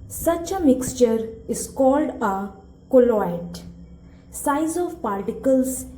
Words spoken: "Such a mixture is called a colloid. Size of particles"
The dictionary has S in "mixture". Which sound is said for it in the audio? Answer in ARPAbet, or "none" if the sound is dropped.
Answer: S